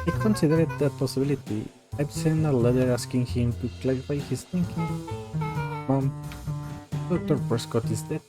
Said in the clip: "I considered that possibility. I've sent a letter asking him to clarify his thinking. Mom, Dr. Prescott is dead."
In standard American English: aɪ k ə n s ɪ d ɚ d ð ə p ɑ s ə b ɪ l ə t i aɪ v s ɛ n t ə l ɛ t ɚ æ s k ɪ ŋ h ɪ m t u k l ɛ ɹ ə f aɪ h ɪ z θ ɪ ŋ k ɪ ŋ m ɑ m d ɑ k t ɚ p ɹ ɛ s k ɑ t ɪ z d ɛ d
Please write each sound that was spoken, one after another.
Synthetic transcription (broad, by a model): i k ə n s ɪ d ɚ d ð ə p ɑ s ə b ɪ l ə t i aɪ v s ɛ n ə l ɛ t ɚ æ s k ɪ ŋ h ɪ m t u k l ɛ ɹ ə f aɪ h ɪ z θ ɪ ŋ k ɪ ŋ m ɑ m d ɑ k t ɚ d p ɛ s k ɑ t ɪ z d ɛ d